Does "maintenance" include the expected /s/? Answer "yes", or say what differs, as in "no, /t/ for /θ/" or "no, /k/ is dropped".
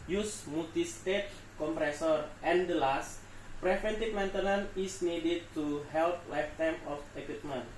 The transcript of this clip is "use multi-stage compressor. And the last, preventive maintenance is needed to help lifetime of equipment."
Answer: no, /s/ is dropped